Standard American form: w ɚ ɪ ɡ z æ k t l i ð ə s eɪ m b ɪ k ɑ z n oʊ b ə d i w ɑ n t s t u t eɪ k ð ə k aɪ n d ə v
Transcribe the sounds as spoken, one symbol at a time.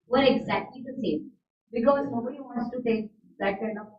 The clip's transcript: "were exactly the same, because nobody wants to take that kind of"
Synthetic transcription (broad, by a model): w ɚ ɪ ɡ z æ k t l i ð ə s eɪ m b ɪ k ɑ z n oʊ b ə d i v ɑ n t s t u t eɪ k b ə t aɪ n ə